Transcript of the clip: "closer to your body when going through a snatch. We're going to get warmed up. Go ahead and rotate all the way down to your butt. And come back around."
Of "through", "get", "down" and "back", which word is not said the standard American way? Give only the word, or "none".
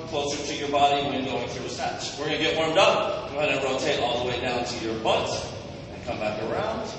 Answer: none